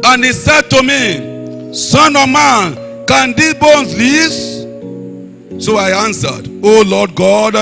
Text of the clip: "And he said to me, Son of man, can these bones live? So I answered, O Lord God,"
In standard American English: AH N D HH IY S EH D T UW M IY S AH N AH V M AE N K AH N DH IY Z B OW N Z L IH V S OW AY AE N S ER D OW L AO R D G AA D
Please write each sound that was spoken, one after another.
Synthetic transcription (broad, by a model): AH N HH IY S EH D T UW M IY S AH N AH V M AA N K AH N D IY B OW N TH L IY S S OW AY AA N S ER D OW L AO D G AA D